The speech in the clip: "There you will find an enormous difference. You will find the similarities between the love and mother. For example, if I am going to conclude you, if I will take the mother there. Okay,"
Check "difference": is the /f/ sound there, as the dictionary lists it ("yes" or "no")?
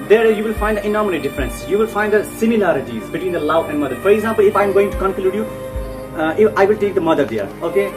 yes